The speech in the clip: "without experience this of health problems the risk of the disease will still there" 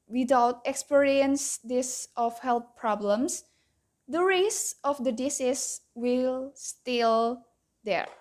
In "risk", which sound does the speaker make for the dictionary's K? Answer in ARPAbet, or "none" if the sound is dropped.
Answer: none